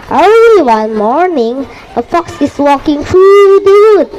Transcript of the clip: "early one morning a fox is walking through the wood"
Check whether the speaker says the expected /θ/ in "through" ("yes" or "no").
no